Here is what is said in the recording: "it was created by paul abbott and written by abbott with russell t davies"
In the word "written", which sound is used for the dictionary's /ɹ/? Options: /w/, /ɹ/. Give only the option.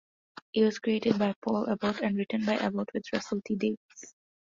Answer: /ɹ/